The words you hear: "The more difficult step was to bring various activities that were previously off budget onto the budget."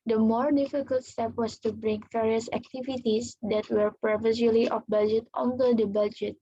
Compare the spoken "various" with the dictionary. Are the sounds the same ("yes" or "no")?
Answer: no